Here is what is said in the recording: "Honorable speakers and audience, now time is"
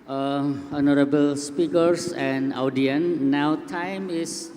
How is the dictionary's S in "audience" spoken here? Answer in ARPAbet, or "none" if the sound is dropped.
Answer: none